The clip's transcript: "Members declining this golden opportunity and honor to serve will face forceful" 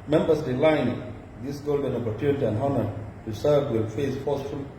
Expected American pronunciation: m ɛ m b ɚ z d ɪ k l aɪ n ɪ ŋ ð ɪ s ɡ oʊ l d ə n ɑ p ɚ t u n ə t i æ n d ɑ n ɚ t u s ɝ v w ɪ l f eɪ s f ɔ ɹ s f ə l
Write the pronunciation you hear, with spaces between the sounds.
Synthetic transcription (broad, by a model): m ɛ m b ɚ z d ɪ l aɪ n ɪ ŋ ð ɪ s ɡ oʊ l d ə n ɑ p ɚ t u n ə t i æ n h ɑ n ɚ t u s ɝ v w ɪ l f eɪ s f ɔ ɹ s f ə l